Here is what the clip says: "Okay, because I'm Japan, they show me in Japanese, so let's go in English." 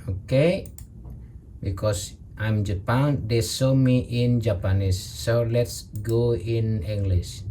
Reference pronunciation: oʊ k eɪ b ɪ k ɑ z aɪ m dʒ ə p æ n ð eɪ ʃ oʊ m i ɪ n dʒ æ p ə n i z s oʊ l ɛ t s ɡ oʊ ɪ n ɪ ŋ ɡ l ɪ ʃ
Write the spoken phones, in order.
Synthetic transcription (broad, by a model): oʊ k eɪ b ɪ k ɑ s aɪ m dʒ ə p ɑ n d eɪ s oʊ m i ɪ n dʒ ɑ p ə n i s oʊ l ɛ t s ɡ oʊ ɪ n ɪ ŋ ɡ l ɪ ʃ